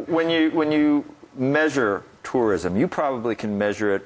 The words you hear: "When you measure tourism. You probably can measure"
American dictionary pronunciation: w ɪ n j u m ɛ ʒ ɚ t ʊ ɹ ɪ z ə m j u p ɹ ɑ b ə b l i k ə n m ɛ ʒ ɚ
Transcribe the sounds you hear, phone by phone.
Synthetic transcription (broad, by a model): w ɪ n j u m ɛ ʒ ɚ t ʊ ɹ ɪ z ə m j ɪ p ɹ ɑ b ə b l i k ə n m ɛ ʒ ɚ